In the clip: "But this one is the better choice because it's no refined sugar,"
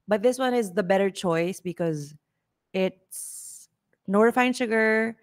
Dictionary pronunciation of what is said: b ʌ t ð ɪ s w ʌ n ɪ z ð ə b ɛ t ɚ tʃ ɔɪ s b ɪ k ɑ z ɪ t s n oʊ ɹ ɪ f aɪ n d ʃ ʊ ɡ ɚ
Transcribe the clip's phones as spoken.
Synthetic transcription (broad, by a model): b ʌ t ð ɪ s w ʌ n ɪ z ð ə b ɛ t ɚ tʃ ɔɪ s b ɪ k ɑ z ɪ t s n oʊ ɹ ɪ f aɪ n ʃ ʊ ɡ ɚ